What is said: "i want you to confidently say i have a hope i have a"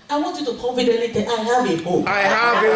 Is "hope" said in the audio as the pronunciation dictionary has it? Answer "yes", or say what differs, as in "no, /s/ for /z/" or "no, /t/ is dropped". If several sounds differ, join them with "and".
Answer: no, /p/ is dropped